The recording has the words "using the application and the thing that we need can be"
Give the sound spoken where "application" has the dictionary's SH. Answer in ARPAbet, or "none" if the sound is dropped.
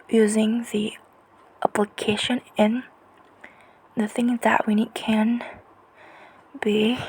SH